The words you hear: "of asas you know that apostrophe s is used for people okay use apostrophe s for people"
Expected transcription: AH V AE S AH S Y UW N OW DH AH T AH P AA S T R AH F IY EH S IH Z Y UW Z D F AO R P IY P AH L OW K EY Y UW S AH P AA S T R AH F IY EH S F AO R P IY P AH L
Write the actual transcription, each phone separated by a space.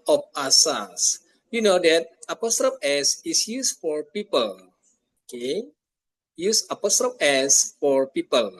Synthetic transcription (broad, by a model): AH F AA S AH S Y UW N OW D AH T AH P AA S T R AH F EH S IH S Y UW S F AO R P IY P AH L OW K EY Y UW S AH P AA S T R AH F EH S F AO R P IY P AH L